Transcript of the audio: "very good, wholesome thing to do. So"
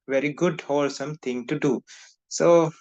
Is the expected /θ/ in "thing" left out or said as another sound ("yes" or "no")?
yes